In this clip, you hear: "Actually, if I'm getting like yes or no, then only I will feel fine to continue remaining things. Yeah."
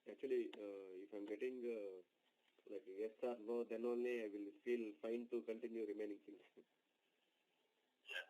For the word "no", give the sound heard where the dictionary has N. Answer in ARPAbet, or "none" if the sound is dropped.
L